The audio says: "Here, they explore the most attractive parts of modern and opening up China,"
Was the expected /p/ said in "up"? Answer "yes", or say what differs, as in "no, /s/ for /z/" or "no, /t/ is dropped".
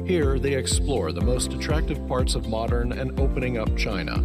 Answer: yes